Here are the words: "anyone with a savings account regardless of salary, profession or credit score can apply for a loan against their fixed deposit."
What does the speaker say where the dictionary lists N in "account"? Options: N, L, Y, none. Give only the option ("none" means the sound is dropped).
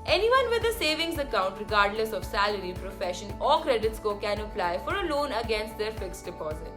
N